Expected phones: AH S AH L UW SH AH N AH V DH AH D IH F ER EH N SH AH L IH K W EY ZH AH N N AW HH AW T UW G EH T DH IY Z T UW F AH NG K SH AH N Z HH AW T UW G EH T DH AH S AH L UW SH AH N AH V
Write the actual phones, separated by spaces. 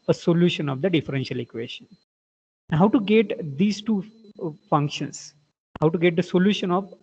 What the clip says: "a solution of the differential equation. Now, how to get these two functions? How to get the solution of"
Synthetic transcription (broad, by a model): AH S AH L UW SH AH N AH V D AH D IH F ER EH N SH AH L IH K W EY SH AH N N HH AW T UW G EH T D IY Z T UW F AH NG K SH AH N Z HH AW T UW G EH T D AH S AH L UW SH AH N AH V